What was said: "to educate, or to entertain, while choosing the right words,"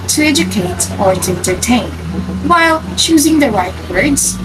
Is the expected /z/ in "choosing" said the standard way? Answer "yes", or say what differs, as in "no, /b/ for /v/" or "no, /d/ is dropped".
yes